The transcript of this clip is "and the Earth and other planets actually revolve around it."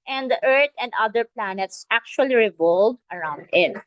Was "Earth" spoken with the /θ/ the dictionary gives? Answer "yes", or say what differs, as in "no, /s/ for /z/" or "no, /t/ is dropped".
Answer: no, /t/ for /θ/